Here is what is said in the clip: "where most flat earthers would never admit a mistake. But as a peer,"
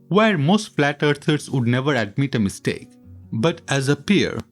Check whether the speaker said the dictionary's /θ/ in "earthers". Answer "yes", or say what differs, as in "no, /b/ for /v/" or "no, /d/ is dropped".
no, /t/ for /θ/